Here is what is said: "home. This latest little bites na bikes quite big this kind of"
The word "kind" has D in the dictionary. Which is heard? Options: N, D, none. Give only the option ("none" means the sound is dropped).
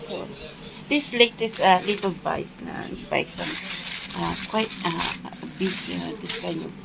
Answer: none